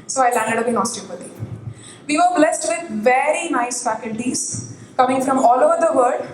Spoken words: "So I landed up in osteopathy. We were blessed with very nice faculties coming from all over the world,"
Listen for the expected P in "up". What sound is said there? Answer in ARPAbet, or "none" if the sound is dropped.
B